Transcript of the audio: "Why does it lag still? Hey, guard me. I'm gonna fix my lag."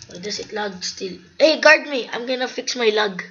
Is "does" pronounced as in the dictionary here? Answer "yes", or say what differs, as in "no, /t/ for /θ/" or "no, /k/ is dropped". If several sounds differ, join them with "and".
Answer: no, /s/ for /z/